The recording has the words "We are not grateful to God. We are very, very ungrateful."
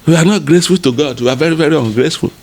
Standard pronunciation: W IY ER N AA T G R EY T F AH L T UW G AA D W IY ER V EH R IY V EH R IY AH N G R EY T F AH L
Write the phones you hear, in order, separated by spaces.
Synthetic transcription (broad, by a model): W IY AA N AA T G R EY S F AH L T UW G AA D W IY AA V EH R IY V EH R IY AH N G R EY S F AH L